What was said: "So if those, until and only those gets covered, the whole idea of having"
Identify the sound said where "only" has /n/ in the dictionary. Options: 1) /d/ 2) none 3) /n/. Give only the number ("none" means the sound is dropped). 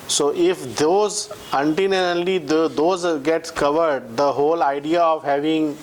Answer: 2